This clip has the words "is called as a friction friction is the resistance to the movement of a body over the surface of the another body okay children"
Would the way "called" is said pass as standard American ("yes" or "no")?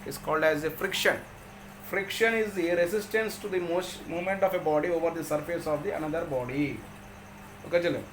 yes